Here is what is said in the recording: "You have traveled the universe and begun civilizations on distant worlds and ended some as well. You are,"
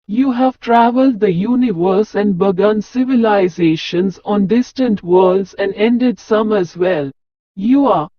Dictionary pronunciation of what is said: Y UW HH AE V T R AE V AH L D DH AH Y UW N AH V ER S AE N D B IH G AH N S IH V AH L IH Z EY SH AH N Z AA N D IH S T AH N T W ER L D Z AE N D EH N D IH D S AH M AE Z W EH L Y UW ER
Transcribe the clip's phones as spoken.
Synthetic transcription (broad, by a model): Y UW HH AE V T R AE V AH L D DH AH Y UW N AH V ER S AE N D B IH G AH N S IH V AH L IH Z EY SH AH N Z AA N D IH S T AH N T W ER L D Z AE N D EH N D IH D S AH M AE Z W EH L Y UW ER